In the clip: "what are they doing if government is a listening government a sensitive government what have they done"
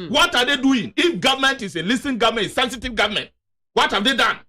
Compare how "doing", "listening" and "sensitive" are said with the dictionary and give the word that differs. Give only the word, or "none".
listening